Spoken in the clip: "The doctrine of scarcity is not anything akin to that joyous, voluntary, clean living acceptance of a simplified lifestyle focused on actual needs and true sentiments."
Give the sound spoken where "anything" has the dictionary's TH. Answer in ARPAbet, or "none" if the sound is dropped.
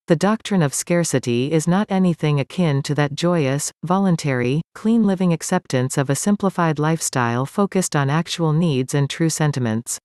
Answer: TH